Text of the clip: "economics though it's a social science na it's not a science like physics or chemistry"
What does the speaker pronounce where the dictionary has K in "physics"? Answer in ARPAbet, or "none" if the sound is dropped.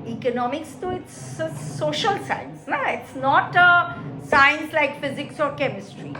K